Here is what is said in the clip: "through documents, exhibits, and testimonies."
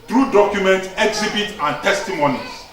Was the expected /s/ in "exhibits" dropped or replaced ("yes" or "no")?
yes